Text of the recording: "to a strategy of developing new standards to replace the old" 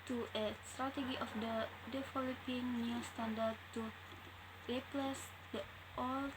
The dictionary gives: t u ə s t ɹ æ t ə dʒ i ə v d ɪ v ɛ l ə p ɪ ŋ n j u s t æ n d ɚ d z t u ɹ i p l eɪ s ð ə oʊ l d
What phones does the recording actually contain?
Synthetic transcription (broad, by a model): t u ə s t ɹ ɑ t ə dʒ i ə f d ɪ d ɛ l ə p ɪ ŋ n j u s t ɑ n d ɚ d t u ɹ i p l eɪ s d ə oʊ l